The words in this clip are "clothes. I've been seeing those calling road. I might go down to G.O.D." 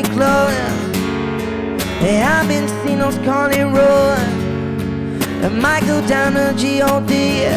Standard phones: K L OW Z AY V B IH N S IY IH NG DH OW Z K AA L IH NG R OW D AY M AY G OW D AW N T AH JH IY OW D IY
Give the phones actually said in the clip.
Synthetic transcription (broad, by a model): K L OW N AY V B IH N S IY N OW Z K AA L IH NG R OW AY M AY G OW D AW N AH JH IY OW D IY